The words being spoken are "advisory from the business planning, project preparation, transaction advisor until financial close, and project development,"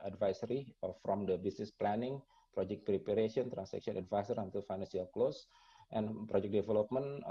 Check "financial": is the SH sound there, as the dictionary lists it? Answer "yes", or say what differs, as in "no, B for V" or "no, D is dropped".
no, S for SH